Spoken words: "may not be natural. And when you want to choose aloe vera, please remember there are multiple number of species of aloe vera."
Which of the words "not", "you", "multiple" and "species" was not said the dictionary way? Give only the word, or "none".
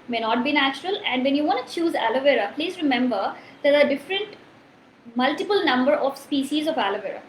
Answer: none